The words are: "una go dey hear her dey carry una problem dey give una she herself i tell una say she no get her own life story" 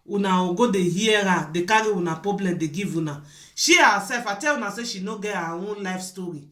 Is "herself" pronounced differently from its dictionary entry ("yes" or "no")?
yes